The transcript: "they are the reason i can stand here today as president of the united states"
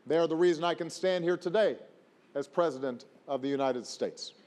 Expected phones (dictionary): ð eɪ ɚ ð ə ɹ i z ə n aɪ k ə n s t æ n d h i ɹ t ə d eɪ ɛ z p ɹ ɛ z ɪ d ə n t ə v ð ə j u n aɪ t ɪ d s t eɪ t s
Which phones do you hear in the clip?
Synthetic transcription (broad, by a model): ð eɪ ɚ ð ə ɹ i z ə n aɪ k ə n s t æ n d h i ɹ t ə d eɪ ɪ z p ɹ ɛ z ɪ d ə n t ə v ð ə j u n aɪ t ɪ d s t eɪ t s